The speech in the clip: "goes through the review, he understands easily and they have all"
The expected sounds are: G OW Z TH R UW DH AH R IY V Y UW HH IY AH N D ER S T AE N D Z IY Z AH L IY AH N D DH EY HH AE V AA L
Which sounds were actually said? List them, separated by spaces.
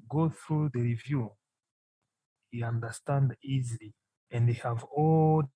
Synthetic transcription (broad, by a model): G OW TH R UW DH AH R IY V Y UW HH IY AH N D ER S T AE N D IY Z AH L IY AH N D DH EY HH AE V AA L